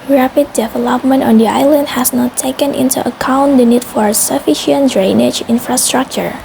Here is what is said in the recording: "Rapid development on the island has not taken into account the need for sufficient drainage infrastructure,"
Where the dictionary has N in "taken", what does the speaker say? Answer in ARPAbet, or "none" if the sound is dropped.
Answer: N